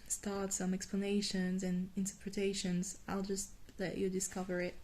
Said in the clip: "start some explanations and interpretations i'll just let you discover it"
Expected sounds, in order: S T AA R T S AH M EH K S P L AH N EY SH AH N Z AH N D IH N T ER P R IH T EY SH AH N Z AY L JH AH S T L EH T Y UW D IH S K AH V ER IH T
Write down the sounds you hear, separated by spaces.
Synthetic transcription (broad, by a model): S T AA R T S AH M EH K S P L AH N EY SH AH N Z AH N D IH N T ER P R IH T EY SH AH N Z AY L JH AH S T L EH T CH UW D IH S K AH V ER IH T